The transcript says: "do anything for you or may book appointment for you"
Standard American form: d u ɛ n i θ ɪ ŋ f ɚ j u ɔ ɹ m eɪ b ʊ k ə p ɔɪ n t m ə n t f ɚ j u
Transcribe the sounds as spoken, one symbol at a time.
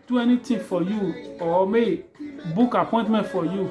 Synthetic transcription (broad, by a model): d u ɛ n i t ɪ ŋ f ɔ j u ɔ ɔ m eɪ b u k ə p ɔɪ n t m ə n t f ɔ j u